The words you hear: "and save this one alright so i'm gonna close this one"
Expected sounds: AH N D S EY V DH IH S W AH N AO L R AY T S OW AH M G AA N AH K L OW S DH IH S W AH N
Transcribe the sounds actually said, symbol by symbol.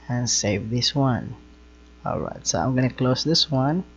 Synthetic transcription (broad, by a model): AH N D S EY V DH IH S W AH N AO L R AY T S OW AH M G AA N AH K L OW S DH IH S W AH N